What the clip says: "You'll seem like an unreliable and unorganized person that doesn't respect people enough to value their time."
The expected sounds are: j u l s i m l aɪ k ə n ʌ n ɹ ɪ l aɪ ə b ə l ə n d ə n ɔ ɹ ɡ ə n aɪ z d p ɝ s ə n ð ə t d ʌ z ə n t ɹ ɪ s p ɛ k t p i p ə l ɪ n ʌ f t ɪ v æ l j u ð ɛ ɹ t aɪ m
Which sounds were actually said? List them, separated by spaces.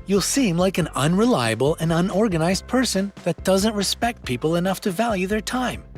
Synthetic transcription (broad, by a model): j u l s i m l aɪ k ə n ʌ n ɹ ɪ l aɪ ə b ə l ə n ə n ɔ ɹ ɡ ə n aɪ z d p ɝ s ə n ð ə t d ʌ z ə n t ɹ ɪ s p ɛ k t p i p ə l ɪ n ʌ f t ɪ v æ l j u ð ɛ ɹ t aɪ m